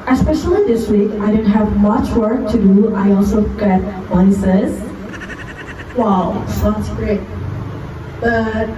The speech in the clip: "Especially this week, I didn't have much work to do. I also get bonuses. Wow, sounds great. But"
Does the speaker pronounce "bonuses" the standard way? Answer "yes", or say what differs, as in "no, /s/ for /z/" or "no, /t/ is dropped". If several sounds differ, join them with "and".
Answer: no, /n/ is dropped